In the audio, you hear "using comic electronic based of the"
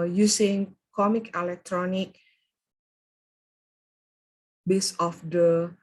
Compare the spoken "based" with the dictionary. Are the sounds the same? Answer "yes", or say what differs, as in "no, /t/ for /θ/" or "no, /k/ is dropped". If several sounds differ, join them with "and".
no, /t/ is dropped